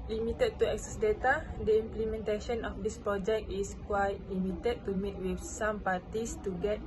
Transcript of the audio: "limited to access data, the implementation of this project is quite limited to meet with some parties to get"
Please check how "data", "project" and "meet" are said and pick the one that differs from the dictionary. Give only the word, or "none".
none